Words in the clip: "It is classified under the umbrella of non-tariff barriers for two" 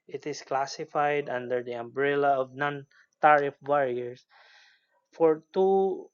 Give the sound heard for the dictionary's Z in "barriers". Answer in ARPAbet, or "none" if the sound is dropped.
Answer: S